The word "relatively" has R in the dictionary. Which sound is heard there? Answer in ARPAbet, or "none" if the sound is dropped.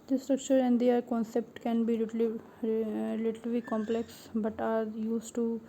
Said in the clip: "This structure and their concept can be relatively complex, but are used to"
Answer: L